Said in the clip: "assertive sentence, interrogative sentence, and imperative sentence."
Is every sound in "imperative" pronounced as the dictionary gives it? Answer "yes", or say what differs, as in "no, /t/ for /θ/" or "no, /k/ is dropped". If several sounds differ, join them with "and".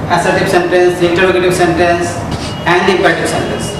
no, /ɹ/ is dropped